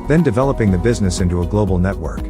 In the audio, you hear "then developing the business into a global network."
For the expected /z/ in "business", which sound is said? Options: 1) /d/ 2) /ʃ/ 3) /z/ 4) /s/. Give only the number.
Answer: 3